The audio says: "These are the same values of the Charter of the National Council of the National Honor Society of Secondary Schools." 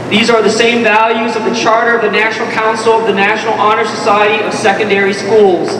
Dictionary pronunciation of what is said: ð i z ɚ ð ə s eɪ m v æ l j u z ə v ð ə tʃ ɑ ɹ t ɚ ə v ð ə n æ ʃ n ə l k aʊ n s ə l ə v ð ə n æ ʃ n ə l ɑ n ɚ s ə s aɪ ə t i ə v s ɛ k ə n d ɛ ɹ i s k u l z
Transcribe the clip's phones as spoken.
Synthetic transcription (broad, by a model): ð i z ɚ ð ə s eɪ m v æ l j u z ə v ð ə tʃ ɑ ɹ t ɚ ə v ð ə n æ ʃ n l k aʊ n s l ə v ð ə n æ ʃ n l ɑ n ɚ s ə s aɪ ə t i ə v s ɛ k ə n d ɛ ɹ i s k u l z